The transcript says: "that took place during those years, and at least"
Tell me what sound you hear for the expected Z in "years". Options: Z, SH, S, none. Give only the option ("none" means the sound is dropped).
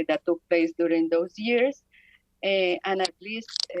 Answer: S